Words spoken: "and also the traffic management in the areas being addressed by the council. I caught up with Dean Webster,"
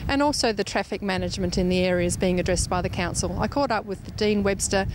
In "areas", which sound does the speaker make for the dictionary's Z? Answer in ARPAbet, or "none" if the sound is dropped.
Z